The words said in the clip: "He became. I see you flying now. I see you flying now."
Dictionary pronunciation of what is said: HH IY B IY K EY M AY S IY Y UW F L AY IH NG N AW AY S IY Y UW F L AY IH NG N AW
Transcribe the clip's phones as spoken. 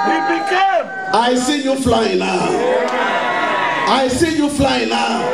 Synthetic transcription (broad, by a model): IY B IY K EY AY S IY Y UW F L AY IH NG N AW AY S IY Y UW F L AY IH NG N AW